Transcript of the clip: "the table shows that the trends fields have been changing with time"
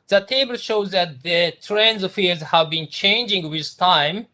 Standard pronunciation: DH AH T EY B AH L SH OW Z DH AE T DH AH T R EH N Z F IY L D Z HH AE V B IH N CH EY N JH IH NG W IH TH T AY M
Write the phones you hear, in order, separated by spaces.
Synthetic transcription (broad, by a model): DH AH T EY B AH L SH OW Z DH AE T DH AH T R EH N Z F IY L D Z HH AE V B IH N CH EY N JH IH NG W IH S T AY M